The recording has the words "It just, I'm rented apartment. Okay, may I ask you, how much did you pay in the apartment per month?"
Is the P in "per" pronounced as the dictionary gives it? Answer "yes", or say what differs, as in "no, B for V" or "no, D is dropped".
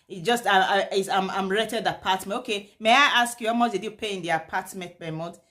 no, B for P